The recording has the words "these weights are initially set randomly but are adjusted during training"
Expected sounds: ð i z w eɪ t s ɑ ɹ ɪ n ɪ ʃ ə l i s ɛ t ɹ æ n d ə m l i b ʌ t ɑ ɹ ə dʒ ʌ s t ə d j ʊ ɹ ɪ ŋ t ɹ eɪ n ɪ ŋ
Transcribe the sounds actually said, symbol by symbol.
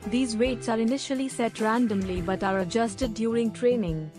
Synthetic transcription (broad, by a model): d i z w eɪ t s ɑ ɹ ɪ n ɪ ʃ ə l i s ɛ t ɹ æ n d ə m l i b ʌ t ɑ ɹ ə dʒ ʌ s t ə d j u ɹ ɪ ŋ t ɹ eɪ n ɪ ŋ